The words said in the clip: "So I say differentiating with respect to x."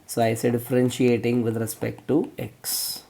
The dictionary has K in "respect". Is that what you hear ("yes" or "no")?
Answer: yes